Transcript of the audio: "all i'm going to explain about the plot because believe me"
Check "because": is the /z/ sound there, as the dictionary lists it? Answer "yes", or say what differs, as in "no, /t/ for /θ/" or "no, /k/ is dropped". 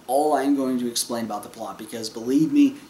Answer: yes